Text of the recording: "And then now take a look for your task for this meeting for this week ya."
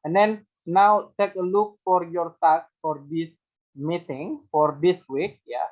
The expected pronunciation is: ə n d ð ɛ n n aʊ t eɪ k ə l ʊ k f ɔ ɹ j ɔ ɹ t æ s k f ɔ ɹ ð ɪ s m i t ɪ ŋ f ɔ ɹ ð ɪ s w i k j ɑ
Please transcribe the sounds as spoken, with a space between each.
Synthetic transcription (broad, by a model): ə n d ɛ n n aʊ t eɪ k ə l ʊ k f ɔ ɹ j ɔ ɹ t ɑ k f ɔ ɹ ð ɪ s m i t ɪ ŋ f ɔ ɹ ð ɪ s w i k j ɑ